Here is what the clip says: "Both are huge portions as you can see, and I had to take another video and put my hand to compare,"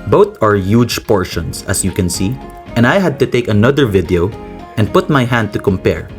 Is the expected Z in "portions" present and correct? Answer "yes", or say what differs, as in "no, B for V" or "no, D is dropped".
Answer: no, S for Z